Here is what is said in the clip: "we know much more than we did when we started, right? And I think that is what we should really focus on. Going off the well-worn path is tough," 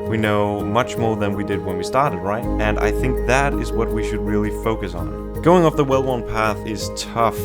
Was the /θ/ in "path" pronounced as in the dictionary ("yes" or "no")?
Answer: yes